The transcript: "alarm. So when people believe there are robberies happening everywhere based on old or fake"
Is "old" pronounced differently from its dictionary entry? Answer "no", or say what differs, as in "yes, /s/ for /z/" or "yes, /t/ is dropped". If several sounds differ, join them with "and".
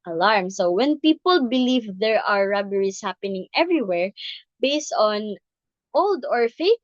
no